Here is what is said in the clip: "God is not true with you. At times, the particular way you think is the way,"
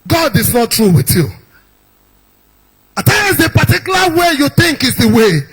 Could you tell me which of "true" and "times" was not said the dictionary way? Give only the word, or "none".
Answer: times